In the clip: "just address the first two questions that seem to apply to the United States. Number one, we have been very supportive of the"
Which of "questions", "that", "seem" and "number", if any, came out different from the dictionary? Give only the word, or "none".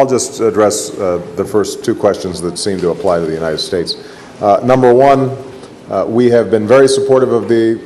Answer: none